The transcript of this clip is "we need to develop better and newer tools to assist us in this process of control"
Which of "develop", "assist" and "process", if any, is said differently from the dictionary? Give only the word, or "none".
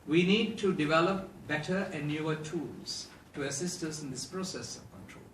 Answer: none